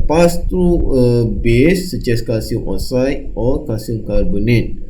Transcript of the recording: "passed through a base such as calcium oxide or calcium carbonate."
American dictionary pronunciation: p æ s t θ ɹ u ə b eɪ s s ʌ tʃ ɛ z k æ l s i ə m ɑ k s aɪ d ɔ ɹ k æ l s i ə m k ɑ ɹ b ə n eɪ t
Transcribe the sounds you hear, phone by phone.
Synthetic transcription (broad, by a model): p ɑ s t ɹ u ə b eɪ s s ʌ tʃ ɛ s k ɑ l s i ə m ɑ s aɪ ɔ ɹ k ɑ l s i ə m k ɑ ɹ b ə n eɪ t